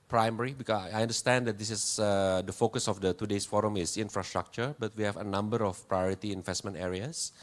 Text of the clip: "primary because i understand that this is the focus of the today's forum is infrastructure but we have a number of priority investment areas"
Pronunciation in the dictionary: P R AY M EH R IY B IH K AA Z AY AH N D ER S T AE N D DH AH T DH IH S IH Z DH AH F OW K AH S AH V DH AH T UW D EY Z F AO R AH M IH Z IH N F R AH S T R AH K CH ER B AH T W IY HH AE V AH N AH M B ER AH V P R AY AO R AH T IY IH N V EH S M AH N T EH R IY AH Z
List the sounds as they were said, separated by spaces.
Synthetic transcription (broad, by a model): P R AY M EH R IY B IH K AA S AY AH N D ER S T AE N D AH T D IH S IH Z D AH F OW K AH S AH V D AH T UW D EY S F AO R AH M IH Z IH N F R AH S T R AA K CH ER B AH T W IY HH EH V AH N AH M B ER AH F P R AY AO R AH T IY IH N V EH S M AH N T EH R IY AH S